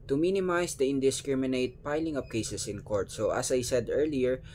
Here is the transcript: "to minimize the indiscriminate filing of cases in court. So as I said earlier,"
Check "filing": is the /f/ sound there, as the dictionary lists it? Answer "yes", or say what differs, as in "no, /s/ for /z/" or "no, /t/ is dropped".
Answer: no, /p/ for /f/